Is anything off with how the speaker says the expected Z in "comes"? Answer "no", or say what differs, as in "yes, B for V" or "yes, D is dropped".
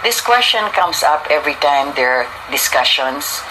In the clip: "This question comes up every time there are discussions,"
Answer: yes, S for Z